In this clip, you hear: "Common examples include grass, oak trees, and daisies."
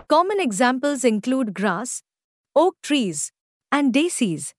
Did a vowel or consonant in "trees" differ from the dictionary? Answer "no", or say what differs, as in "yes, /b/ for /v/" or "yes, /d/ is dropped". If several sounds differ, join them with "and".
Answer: no